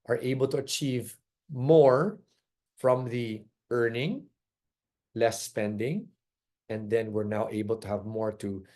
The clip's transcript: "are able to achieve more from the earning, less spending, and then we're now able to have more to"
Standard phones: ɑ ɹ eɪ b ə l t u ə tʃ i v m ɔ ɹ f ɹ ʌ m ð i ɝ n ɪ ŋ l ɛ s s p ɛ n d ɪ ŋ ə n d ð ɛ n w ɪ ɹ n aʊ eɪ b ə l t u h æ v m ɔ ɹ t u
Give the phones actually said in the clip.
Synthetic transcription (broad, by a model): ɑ ɹ eɪ b ə l t u ə tʃ i v m ɔ ɹ f ɹ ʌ m ð i ɝ n ɪ ŋ l ɛ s s p ɛ n d ɪ ŋ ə n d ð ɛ n w ɪ ɹ n aʊ eɪ b ə l t u h æ v m ɔ ɹ t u